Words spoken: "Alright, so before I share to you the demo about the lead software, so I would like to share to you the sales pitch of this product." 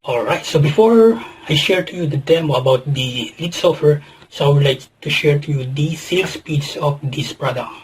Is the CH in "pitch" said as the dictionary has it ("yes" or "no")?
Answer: no